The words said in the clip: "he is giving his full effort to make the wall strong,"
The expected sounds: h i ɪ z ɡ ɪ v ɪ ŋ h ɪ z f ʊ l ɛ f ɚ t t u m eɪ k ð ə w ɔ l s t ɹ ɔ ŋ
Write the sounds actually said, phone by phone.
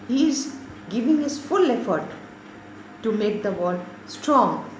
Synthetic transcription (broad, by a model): h i ɪ z ɡ ɪ v ɪ ŋ h ɪ z f ʊ l ɛ f ɚ t t u m eɪ k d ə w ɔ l s t ɹ ɔ ŋ